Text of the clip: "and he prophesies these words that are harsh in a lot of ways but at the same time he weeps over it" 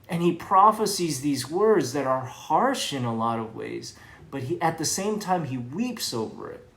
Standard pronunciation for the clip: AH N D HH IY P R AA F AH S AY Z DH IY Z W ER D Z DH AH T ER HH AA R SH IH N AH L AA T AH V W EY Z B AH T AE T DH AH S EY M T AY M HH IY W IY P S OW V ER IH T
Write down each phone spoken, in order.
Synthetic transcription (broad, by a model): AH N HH IY P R AA F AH S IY Z DH IY Z W ER D Z DH AH T ER HH AA R SH IH N AH L AA T AH V W EY Z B AH T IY T DH AH S EY M T AY M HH IY W IY P S OW V ER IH T